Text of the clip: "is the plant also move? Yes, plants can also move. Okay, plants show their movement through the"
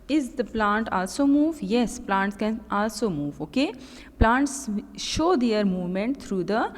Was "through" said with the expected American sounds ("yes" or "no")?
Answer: no